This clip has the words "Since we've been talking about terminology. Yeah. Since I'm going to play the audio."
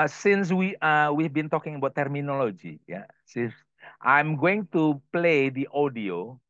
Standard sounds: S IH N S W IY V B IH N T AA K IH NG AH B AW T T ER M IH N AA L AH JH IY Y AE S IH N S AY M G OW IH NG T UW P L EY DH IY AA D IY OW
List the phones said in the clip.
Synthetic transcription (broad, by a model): S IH N S W IY W B IH N T AA K IH NG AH B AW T T ER M IH N AA L AH JH IY Y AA S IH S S AY M G OW IH NG T UW P L EY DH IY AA D IY OW